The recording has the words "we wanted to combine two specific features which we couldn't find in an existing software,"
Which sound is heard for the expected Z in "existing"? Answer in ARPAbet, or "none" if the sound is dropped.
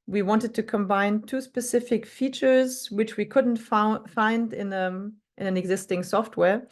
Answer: Z